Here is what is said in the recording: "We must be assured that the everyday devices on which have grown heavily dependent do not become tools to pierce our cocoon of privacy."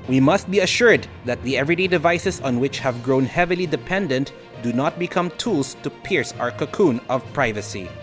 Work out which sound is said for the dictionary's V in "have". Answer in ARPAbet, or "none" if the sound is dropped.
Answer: V